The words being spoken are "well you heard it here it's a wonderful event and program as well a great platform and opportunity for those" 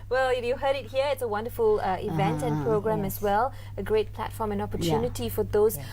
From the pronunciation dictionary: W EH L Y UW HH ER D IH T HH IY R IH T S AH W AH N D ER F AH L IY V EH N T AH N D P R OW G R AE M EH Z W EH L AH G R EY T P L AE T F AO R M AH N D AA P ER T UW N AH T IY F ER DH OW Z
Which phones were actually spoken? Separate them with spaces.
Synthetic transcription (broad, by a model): W EH L Y UW HH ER D IH T HH IY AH IH T S AH W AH N D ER F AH L IY V EH N T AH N P R OW G R AE M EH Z W EH L AH G R EY T P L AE T F AO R M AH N AA P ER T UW N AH T IY F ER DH OW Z